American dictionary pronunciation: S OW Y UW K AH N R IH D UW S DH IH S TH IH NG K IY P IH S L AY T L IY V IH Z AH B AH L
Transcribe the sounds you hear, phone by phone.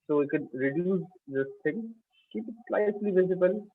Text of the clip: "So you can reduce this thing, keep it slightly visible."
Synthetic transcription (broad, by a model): S OW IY K AH N R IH D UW S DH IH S T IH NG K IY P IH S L AY S L IY V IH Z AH B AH L